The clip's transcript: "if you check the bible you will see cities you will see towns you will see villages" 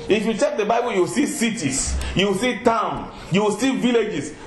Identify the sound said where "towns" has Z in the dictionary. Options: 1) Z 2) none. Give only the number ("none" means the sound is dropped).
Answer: 2